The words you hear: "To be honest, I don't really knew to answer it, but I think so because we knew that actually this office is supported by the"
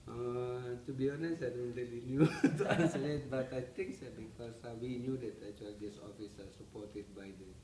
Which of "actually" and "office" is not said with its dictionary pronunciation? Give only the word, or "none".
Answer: actually